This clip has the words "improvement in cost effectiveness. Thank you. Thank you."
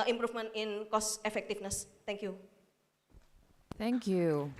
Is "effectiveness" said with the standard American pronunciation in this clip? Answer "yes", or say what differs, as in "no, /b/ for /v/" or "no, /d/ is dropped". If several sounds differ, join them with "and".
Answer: no, /f/ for /v/